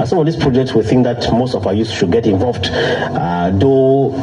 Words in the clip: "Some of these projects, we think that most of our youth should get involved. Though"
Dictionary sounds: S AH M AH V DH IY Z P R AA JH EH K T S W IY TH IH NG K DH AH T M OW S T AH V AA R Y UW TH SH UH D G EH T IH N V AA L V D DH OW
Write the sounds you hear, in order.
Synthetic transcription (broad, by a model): S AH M AH V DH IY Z P R AA JH EH K T S W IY TH IH NG K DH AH T M OW S T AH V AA Y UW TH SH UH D G EH T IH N V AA L V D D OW